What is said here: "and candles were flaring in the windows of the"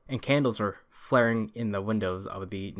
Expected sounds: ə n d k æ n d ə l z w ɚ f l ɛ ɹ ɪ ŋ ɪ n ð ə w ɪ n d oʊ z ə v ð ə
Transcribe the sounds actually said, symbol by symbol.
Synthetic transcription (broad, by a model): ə n k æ n d l z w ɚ f l ɛ ɹ ɪ ŋ ɪ n ð ə w ɪ n d oʊ z ə v ð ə